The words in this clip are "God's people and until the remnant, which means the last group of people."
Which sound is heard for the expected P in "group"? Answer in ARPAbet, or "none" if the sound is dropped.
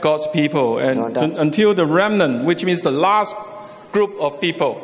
P